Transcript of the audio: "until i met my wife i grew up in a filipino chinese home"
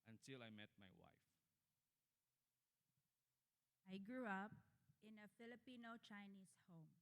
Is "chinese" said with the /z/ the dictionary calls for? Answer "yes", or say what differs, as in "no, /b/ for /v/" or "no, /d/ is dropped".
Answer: no, /s/ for /z/